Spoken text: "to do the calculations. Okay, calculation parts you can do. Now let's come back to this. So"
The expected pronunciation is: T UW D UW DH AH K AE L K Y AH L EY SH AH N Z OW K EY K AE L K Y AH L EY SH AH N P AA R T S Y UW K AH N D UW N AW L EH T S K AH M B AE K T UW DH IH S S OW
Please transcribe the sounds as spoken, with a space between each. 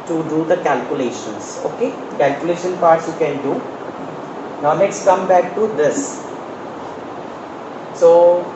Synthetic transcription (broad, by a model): T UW D UW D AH K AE L K Y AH L EY SH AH N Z OW K EY K AE L K Y AH L EY SH AH N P AA R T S Y UW K AH N D UW N AW N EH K S K AH M B AE K T UW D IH S S OW